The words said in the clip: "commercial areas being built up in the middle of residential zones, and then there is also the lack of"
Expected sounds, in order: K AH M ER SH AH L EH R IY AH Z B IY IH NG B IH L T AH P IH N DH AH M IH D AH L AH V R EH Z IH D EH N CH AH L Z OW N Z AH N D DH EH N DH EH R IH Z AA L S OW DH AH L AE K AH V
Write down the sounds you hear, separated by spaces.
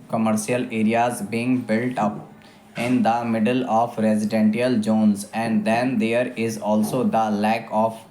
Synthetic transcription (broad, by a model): K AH M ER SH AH L EH R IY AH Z B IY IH NG B IH L T AH P IH N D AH M IH D AH L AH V R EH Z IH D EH N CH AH L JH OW N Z AH N D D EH N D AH R IH Z AA L S OW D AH L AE K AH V